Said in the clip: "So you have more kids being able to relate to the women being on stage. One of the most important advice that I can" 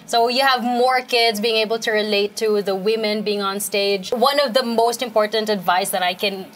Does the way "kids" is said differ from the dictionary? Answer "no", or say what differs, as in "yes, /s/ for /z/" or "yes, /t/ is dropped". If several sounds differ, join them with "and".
no